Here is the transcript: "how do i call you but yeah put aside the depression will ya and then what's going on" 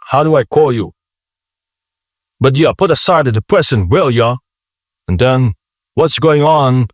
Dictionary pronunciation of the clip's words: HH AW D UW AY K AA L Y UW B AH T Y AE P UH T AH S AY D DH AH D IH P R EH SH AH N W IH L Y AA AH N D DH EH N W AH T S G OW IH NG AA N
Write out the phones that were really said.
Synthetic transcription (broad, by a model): HH AW D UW AY K AA L Y UW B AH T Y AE P UH T AH S AY D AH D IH P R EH S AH N W IH L Y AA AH N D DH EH N W AH T S G OW IH NG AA N